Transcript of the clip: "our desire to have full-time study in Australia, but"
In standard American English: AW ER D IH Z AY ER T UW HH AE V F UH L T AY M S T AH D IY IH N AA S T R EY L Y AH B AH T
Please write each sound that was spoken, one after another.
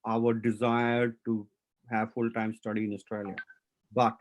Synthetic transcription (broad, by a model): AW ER D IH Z AY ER T UW HH AE V F UH L T AY M S T AH D IY IH N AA S T R EY L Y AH B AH T